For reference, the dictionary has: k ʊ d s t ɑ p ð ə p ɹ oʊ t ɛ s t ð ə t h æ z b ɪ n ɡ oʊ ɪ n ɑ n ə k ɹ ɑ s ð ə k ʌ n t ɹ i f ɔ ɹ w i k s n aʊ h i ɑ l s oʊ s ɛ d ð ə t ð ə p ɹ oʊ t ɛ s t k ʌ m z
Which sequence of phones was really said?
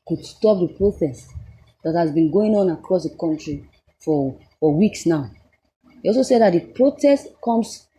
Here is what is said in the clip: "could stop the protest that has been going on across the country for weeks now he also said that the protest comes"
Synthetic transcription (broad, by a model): k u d s t ɑ p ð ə p ɹ oʊ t ɛ s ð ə t h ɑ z b ɪ n ɡ oʊ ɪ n ɑ n ə k ɹ ɑ s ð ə k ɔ n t ɹ i f ɔ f w i k s n aʊ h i ɑ l s oʊ s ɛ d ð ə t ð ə p ɹ oʊ t ɛ s t k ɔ m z